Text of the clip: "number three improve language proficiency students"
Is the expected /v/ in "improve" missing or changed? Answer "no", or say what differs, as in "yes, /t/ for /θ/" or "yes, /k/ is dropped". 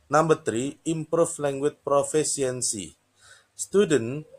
yes, /f/ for /v/